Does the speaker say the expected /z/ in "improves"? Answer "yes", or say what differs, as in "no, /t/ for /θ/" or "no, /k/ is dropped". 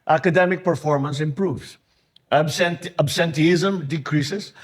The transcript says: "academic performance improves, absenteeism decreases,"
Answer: no, /s/ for /z/